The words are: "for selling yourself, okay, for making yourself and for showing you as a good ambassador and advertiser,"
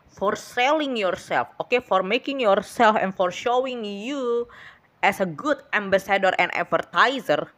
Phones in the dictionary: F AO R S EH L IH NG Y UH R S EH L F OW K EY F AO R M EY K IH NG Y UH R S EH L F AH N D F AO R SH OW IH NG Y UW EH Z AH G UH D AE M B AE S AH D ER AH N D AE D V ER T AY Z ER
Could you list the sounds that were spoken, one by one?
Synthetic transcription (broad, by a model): F AO R S EH L IH NG Y UH R S EH L F OW K EY F AO R M EY K IH NG Y UH R S EH L F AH N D F AO R SH OW IH NG Y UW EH S AH G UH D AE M B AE S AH D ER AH N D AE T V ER T AY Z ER